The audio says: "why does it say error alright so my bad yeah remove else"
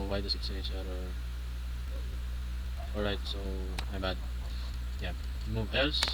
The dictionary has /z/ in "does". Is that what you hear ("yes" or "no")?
no